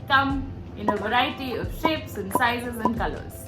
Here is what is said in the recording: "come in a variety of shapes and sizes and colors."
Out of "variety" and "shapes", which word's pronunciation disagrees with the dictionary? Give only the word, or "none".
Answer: none